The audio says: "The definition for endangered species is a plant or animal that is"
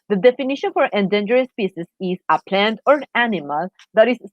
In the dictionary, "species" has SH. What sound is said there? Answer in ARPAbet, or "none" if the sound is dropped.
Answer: S